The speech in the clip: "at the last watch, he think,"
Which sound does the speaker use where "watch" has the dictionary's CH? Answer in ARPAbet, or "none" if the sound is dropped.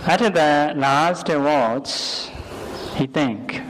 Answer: S